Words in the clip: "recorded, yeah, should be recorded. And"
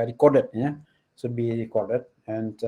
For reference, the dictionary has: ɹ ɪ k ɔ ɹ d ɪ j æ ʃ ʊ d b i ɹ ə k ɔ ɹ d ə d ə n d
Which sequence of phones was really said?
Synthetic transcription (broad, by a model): ɹ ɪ k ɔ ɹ d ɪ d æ s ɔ b i ɹ ə k ɔ ɹ d ə d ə n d